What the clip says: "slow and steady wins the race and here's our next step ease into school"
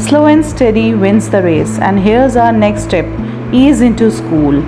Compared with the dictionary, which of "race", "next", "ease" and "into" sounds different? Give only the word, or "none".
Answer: none